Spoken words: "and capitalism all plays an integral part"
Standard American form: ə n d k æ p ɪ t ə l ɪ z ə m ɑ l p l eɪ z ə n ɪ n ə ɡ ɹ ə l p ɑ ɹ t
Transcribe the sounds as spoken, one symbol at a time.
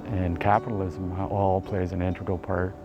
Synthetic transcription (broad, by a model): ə n k æ p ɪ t l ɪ z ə m ɑ l p l eɪ z ə n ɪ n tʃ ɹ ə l p ɑ ɹ t